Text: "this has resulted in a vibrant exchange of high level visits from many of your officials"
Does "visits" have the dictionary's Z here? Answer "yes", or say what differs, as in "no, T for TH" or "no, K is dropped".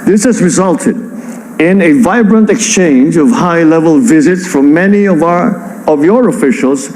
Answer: yes